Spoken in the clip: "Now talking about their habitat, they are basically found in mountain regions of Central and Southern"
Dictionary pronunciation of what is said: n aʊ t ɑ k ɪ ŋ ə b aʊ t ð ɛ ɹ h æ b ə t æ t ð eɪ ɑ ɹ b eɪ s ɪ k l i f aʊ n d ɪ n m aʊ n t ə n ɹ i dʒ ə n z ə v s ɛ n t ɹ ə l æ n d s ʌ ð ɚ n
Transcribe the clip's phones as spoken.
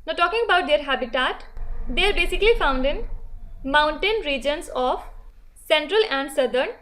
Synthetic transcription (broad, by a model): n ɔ t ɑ k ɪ ŋ ə b aʊ t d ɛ ɹ h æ b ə t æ t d eɪ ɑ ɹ b eɪ s ɪ k l i f aʊ n d ɪ n m aʊ n t ə n ɹ i dʒ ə n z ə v s ɛ n t ɹ ə l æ n d s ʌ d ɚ n